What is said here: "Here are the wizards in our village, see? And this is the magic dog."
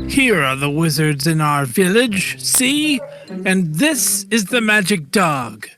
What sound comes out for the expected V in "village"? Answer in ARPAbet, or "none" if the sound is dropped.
V